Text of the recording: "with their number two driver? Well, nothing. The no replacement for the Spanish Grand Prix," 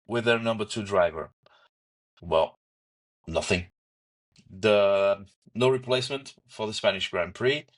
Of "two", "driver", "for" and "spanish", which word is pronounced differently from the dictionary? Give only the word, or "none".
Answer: none